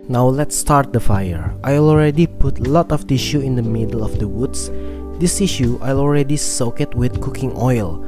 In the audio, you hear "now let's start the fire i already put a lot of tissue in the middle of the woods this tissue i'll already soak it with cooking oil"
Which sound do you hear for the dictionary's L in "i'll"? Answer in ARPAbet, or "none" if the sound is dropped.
L